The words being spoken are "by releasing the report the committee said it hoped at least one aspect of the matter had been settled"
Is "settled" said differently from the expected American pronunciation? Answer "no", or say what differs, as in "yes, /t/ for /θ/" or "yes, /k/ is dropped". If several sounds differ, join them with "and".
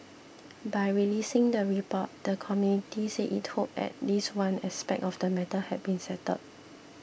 yes, /l/ is dropped